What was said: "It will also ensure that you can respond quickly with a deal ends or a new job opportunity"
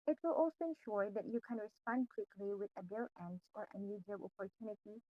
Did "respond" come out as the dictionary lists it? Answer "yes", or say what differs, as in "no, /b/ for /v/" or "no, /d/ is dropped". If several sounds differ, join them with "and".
yes